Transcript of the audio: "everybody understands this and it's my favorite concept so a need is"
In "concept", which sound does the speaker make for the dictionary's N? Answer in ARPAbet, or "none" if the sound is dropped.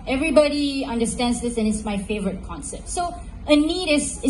N